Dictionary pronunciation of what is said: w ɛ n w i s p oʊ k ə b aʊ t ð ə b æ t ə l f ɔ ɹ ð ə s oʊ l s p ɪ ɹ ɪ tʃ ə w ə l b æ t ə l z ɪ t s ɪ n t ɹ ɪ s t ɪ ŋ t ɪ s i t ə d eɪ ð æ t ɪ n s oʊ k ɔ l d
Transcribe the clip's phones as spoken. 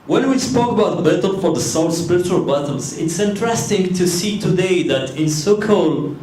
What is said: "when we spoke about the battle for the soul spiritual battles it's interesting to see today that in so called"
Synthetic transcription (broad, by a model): w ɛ n w i s p oʊ k ə b aʊ t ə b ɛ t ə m f ɔ ɹ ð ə s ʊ n s p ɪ ɹ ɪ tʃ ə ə l b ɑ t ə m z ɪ t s ɪ n t ɹ ɪ s t ɪ ŋ t ɪ s i t ə d eɪ ð æ t ɪ n s oʊ k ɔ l